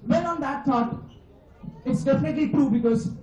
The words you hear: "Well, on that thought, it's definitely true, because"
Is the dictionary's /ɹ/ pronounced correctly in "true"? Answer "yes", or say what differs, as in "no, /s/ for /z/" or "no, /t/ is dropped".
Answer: yes